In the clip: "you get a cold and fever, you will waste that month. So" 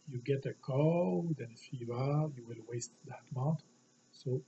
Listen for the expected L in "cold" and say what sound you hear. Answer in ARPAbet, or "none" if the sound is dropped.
none